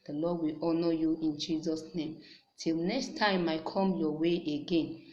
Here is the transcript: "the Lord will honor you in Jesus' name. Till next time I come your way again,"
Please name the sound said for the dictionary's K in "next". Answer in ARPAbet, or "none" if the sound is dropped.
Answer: K